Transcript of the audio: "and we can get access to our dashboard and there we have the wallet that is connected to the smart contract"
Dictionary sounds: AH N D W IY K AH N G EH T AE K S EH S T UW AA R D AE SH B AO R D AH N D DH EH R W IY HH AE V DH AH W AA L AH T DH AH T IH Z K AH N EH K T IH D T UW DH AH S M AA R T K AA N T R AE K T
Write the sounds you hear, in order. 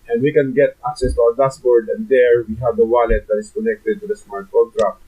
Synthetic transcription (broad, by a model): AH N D W IY K AH N G EH T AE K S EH S T UW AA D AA S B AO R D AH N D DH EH R W IY HH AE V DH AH W AA L AH T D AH T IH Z K AH N EH K T IH D T UW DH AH S M AA R T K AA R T R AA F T